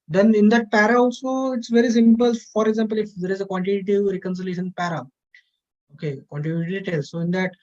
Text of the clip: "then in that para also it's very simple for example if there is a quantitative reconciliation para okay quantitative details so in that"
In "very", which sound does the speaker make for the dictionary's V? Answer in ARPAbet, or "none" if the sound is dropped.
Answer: V